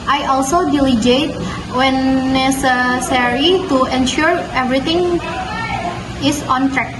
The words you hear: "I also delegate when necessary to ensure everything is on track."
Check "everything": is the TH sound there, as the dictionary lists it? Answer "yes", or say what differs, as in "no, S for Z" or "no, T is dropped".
no, T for TH